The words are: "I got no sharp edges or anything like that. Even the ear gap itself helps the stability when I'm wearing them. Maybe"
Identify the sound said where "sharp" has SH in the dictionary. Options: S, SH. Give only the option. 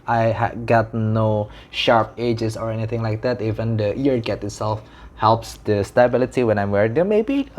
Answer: SH